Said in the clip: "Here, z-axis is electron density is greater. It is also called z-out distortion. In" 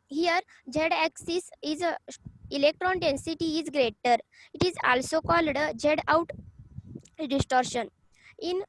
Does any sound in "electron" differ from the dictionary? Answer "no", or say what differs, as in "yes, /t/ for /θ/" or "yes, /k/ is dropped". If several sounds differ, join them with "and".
no